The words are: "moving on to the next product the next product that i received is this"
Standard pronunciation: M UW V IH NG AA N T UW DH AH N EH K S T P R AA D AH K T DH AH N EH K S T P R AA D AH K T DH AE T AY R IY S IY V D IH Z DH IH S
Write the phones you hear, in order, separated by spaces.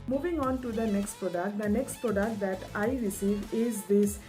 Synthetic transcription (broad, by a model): M UW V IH NG AA N T UW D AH N EH K S T P R AA D AH K T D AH N EH K S T P R AA D AH K T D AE T AY R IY S IY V IH Z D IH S